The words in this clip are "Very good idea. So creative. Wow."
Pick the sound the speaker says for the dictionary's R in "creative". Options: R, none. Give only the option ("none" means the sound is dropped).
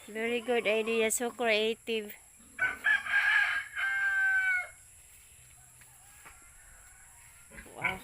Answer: none